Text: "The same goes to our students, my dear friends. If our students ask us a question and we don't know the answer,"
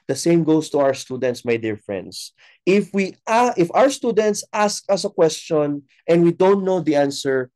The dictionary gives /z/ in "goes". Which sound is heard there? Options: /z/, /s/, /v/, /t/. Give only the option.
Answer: /s/